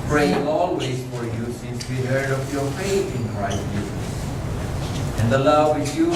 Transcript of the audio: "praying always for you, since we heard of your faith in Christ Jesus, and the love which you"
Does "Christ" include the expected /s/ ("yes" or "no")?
no